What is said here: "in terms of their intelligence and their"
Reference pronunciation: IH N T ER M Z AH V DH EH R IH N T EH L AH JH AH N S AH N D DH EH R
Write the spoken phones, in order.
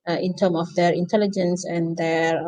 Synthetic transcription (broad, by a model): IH N T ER M AH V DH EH R IH N T EH L AH JH AH N S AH N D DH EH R